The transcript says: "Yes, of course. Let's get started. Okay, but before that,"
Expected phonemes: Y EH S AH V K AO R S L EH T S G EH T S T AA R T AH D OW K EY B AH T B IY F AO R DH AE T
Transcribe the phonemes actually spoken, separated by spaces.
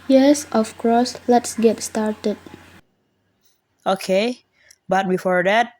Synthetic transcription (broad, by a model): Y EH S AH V K AO S L EH T S G EH T S T AA R T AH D OW K EY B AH T B IY F AO R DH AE T